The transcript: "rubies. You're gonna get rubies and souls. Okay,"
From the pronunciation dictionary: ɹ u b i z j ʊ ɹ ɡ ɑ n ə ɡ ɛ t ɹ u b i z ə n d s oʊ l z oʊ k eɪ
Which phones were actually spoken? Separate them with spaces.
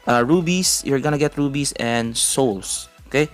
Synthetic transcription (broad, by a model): ɹ u b i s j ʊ ɹ ɡ ɑ n ə ɡ ɛ t ɹ u b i s ə n d s oʊ l s oʊ k eɪ